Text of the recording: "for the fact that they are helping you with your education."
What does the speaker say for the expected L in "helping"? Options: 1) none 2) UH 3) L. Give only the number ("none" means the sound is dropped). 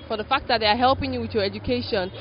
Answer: 3